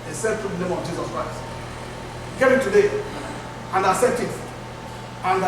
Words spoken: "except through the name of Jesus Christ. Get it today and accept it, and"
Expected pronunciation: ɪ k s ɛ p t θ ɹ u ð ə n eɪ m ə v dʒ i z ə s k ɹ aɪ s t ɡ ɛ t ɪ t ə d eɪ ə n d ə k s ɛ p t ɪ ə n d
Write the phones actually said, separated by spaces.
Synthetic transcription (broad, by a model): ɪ s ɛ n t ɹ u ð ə n eɪ m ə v dʒ i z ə s k ɹ aɪ s t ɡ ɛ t ɪ t ə d eɪ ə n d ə s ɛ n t ɪ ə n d